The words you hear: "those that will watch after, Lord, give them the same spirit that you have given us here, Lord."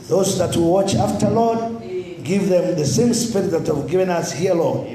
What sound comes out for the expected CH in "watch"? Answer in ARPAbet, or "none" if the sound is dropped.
CH